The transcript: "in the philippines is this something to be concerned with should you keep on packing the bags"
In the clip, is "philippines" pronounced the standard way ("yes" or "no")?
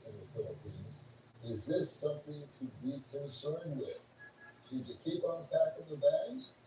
yes